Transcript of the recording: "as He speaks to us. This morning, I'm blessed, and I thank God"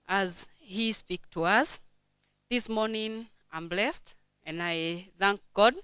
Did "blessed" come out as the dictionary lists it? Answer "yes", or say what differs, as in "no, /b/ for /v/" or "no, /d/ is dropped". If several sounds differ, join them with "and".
yes